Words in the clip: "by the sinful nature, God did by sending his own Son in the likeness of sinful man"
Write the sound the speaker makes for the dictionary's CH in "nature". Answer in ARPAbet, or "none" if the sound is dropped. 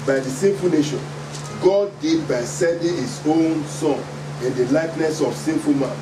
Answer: SH